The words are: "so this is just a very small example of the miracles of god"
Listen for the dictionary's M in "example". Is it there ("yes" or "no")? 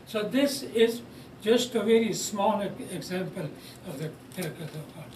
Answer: yes